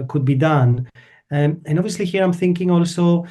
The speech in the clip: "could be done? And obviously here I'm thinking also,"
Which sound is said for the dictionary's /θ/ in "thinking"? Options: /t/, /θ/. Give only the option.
/θ/